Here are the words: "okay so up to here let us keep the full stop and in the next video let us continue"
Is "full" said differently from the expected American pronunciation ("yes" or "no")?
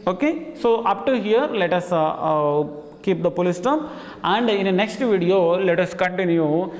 yes